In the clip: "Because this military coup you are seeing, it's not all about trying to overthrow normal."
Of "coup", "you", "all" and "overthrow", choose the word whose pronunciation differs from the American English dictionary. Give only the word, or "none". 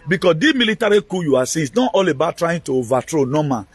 overthrow